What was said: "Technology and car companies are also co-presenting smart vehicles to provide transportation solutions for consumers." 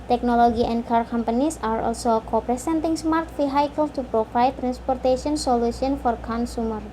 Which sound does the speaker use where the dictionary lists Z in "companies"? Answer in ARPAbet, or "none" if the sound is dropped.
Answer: S